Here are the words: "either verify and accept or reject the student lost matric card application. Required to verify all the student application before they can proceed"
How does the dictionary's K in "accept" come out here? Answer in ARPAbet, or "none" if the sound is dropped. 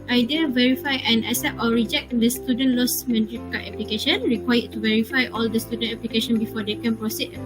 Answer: none